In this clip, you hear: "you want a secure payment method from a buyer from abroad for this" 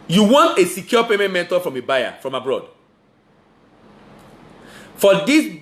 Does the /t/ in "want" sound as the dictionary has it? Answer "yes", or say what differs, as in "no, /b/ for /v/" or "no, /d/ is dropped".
yes